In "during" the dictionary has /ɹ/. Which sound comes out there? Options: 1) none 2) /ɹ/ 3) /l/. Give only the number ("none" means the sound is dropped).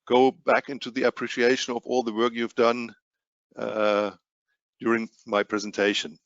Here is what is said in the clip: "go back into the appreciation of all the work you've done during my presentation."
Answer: 2